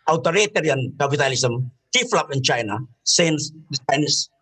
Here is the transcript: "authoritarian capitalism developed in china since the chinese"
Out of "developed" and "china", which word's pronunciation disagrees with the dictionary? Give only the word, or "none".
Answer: developed